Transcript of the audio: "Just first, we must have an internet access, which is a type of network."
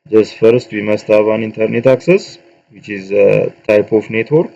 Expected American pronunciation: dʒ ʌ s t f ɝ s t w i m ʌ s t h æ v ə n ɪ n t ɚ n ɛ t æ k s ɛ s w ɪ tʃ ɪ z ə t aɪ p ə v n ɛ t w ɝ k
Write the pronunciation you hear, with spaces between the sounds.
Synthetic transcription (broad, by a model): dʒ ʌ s f ɝ s t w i m ʌ s t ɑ b ə n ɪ n t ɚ n ɛ t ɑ k s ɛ s w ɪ tʃ ɪ z ə t aɪ p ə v n ɛ t w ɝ k